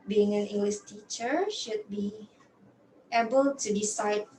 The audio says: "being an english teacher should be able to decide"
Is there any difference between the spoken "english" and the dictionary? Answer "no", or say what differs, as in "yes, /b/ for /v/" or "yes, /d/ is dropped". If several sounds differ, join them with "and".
yes, /s/ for /ʃ/